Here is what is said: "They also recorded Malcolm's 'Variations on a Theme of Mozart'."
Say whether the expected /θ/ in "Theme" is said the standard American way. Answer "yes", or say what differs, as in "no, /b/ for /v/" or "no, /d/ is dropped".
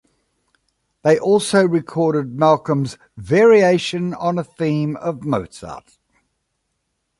yes